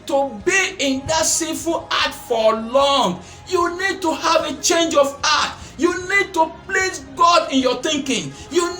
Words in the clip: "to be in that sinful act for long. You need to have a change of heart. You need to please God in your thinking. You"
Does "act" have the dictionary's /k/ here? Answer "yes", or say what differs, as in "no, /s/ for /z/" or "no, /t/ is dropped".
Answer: no, /k/ is dropped